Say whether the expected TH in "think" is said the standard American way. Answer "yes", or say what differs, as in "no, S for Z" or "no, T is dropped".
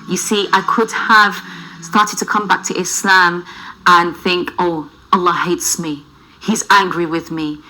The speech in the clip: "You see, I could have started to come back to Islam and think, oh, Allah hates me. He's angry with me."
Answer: yes